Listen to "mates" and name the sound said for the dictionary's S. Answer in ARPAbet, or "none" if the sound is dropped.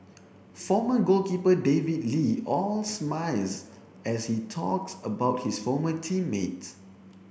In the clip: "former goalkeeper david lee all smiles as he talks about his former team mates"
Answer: none